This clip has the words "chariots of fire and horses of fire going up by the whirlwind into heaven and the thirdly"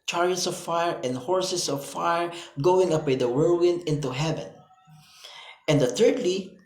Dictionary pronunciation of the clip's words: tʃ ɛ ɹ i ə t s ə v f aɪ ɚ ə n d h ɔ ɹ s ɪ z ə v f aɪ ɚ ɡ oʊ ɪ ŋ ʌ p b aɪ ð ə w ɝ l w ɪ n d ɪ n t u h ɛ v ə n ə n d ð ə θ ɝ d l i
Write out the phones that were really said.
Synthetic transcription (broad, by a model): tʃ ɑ ɹ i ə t s ə v f aɪ ɚ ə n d h ɔ ɹ s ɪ s ə v f aɪ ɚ ɡ oʊ ɪ ŋ ʌ p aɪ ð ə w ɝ w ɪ n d ɪ n t u h ɛ v ə n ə n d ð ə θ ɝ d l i